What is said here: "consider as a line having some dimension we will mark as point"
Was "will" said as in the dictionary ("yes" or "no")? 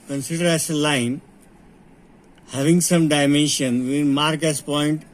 no